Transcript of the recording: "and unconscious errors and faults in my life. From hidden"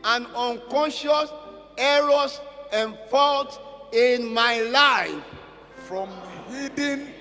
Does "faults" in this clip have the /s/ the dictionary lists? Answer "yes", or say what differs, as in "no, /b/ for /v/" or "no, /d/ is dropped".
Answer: no, /s/ is dropped